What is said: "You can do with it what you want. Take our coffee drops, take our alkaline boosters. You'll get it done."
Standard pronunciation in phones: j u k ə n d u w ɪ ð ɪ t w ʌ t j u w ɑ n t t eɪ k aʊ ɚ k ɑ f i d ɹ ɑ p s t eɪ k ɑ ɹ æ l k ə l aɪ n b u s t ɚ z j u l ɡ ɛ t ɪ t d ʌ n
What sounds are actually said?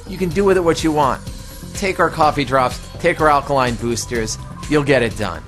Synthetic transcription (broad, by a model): j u k ə n d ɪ w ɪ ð ɪ t w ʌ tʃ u w ɑ n t t eɪ k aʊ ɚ k ɑ f i d ɹ ɑ p s t eɪ k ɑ ɹ æ l k ə l aɪ n b u s t ɚ z j u l ɡ ɛ t ɪ t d ʌ n